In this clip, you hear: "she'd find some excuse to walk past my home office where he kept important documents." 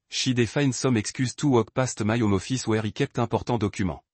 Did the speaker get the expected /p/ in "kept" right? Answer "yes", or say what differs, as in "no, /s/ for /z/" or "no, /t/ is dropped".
yes